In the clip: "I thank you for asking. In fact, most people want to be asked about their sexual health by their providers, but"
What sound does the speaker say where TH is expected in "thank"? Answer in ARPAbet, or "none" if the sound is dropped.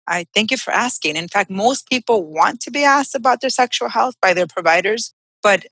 TH